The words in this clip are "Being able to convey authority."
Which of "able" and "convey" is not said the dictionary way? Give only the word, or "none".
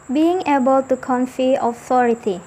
convey